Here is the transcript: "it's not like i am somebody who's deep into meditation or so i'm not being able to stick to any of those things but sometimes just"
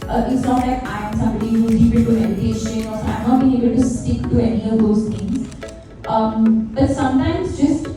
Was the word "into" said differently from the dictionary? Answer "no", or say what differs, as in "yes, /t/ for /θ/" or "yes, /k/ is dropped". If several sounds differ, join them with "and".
yes, /n/ is dropped